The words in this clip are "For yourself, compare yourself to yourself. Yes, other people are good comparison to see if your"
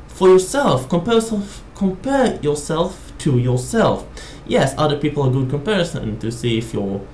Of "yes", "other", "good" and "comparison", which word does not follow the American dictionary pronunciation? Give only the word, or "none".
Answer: none